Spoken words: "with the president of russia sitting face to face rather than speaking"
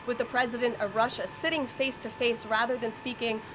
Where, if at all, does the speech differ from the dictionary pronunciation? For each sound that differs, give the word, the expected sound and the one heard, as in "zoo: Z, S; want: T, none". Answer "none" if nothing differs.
none